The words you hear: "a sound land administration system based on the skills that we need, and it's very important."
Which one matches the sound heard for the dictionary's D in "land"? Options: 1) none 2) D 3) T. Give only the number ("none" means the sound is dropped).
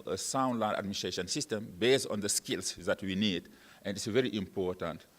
1